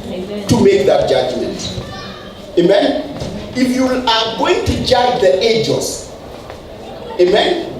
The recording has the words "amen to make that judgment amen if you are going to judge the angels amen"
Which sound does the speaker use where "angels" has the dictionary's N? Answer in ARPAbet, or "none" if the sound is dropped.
none